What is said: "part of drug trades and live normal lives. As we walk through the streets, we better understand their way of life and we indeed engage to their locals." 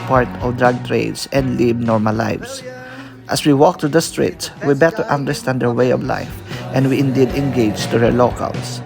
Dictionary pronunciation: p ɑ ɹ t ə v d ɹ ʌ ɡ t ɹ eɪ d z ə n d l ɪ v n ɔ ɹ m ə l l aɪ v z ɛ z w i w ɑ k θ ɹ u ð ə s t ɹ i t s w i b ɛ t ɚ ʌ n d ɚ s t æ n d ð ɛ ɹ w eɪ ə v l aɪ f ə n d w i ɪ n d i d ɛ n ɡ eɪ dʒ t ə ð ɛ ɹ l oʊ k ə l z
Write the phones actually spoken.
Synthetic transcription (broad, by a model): p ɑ ɹ t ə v d ɹ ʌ ɡ t ɹ eɪ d s ə n d l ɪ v n ɔ ɹ m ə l l aɪ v s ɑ s w i w ɑ k t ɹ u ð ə s t ɹ i t s w i b ɛ t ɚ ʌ n d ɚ s t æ n d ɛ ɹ w eɪ ə v l aɪ f ə n d w i ɪ n d i d ɛ n ɡ eɪ dʒ t ə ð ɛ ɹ l oʊ k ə l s